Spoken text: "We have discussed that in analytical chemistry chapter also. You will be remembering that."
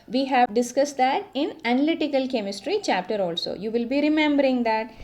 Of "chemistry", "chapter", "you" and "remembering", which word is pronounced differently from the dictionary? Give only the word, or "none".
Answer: none